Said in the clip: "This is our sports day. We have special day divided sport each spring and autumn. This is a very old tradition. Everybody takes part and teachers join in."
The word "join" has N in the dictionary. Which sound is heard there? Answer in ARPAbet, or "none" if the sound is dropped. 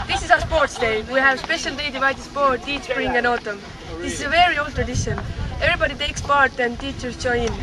none